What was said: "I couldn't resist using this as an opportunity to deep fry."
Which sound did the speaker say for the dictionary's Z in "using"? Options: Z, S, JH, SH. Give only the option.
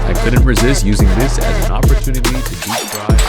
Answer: Z